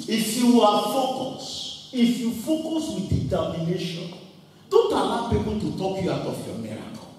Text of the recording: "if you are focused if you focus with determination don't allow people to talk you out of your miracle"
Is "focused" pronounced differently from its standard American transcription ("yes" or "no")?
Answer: yes